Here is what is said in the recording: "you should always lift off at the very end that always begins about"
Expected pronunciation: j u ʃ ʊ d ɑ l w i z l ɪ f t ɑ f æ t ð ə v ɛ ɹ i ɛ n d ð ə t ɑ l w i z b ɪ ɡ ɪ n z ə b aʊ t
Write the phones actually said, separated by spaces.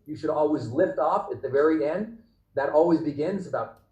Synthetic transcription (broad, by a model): j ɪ ʃ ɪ d ɑ l w i z l ɪ f t ɑ f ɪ t ð ə v ɛ ɹ i ɛ n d ð ə t ɑ l w i z b ɪ ɡ ɪ n z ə b aʊ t